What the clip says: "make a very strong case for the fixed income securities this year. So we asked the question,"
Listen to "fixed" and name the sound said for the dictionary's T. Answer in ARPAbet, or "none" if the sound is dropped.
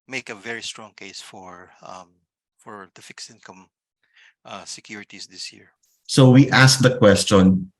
none